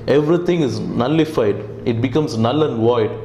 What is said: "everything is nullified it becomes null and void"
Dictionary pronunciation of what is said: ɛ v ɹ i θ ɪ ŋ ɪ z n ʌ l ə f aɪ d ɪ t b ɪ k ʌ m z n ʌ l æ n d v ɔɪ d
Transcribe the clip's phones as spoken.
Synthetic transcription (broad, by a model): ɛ v ɹ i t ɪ ŋ ɪ z n ʌ l ə f aɪ d ɪ t b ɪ k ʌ m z n ʌ l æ n d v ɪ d